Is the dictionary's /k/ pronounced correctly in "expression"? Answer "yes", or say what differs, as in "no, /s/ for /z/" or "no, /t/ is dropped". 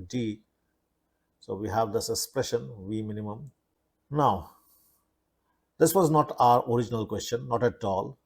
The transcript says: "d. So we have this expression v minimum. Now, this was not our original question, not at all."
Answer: yes